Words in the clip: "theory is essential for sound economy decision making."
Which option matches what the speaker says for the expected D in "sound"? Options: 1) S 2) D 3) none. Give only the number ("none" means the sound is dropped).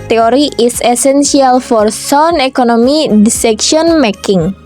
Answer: 3